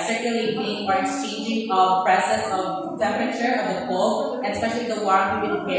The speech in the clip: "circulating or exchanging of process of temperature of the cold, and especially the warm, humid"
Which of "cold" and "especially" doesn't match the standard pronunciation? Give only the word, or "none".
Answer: cold